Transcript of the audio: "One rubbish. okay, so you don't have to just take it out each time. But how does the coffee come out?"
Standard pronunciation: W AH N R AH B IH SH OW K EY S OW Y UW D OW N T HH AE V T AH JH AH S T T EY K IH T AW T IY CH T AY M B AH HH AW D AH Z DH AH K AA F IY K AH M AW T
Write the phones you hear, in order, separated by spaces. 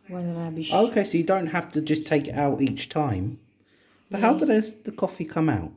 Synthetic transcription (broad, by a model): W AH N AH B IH UH K EY S OW Y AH D OW N T HH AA F T AH JH AH S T T EY K IH T AW T IY CH T AY M B AH HH AW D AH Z DH AH K AA F IY K AH M AW T